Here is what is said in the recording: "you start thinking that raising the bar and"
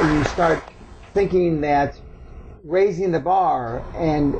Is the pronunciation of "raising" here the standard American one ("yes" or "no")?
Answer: yes